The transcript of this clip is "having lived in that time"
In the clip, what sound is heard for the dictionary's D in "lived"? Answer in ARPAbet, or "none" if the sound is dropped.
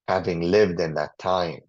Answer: D